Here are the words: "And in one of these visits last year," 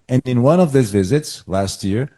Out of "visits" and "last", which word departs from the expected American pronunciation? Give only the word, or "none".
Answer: none